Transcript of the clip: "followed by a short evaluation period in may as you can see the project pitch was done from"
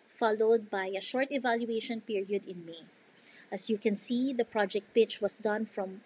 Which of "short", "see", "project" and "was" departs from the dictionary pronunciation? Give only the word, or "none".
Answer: was